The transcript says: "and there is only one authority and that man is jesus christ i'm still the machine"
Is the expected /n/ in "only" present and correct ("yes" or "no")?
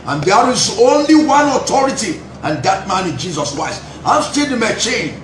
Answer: yes